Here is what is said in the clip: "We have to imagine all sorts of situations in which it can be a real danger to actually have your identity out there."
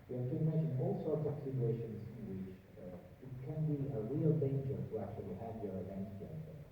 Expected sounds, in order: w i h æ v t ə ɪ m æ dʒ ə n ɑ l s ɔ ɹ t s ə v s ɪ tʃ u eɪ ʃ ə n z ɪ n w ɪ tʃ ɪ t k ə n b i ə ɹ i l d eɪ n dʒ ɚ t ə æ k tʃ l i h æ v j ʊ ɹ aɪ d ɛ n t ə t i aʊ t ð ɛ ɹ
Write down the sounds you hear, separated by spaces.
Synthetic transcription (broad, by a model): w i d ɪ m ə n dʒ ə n ɑ l s ɔ ɹ t s ə v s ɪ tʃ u eɪ ʃ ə n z ɪ n w ɪ tʃ ɪ t k ə n b i ə ɹ i l d eɪ n dʒ ɚ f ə æ k tʃ l i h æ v j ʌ ɹ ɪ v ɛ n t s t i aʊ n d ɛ